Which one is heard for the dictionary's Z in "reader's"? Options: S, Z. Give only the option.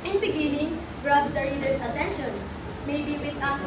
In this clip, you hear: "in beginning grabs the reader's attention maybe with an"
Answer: S